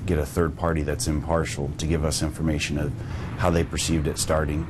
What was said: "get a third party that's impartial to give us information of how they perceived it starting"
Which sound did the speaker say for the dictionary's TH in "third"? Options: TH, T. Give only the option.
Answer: TH